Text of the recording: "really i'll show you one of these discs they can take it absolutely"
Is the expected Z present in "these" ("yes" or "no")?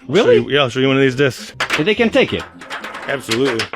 yes